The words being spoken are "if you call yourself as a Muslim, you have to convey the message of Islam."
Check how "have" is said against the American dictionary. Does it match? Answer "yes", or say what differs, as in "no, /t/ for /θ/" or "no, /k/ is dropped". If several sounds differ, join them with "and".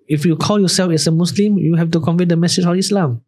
no, /f/ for /v/